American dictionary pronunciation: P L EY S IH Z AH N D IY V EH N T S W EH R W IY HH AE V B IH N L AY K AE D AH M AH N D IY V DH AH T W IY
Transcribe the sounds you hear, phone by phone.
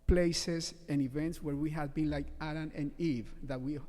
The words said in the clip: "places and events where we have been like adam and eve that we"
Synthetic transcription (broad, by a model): P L EY S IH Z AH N IY V EH N T S W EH R W IY HH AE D B IH N L AY K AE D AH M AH N IY V DH AH T W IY